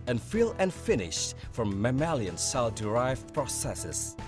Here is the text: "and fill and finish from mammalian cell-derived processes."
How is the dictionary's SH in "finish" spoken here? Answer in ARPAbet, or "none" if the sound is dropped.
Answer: SH